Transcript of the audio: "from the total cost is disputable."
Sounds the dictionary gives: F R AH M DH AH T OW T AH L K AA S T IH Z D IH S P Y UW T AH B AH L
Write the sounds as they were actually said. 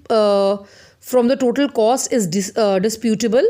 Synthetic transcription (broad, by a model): F R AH M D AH T OW T AH L K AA S IH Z D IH S P Y UW T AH B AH L